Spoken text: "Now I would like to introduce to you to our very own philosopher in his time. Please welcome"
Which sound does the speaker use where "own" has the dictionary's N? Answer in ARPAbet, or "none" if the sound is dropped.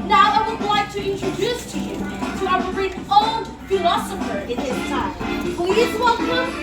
L